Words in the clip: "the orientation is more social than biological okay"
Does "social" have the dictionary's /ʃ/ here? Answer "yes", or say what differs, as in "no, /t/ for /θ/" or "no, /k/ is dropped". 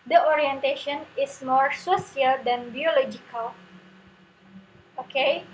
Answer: no, /s/ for /ʃ/